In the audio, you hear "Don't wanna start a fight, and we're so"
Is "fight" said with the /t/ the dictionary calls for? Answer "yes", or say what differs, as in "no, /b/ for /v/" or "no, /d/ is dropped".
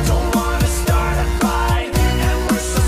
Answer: no, /t/ is dropped